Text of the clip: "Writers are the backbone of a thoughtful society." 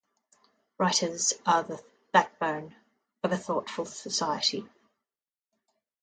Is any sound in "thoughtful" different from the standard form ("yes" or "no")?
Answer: no